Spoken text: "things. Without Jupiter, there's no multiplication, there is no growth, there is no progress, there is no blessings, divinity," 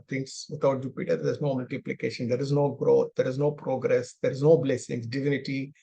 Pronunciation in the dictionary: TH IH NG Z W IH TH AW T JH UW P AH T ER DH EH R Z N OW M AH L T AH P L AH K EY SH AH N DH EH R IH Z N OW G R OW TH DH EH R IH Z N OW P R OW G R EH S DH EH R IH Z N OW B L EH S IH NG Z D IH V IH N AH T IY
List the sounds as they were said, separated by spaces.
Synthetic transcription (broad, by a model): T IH NG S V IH T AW T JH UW P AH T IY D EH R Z N OW M AH L T AH P L AH K EY SH AH N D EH R IH Z N OW G R OW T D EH R IH Z N OW P R OW G R EH S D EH R IH Z N OW B L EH S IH NG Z D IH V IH N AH T IY